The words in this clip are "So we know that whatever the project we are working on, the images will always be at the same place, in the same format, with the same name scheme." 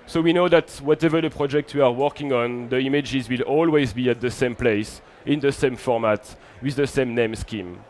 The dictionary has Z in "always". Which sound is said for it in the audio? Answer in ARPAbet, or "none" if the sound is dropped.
Z